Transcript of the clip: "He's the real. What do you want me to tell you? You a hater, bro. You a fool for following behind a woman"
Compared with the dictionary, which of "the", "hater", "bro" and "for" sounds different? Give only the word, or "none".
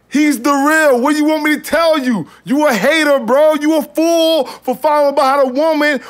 none